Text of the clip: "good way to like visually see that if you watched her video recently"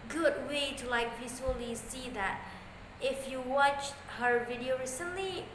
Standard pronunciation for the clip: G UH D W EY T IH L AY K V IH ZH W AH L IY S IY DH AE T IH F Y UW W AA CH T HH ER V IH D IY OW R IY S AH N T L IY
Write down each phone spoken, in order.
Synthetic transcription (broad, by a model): G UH D W EY T IH L AY K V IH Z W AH L IY S IY DH AE T IH F Y UW W AA CH T HH ER V IH D IY OW R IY S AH N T L IY